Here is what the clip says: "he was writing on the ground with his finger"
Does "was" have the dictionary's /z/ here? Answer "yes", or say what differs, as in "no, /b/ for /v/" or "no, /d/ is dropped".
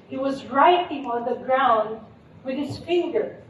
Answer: yes